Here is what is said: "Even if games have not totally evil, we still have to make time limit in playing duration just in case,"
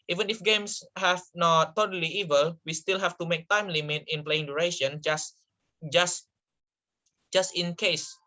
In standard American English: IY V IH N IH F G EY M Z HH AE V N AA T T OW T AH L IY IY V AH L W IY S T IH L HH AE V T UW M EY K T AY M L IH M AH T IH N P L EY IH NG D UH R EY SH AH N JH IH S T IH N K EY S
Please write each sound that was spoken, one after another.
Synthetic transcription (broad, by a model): IY V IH N IH F G EY M S HH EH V N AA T T OW T AH L IY IY V AH L W IY S T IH L HH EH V T UW M EY K T AY M L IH M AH T IH N P L EY IH NG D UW R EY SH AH N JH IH S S IH N K EY S